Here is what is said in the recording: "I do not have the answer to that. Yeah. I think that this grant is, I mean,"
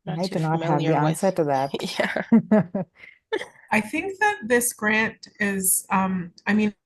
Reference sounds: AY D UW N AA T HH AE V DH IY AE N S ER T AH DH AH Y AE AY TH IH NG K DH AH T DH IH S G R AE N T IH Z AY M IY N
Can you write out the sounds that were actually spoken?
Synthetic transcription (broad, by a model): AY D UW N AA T HH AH V DH IY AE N S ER T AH DH AH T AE AY TH IH NG K DH AH T DH IH S G R AE N T IH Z AY M IY N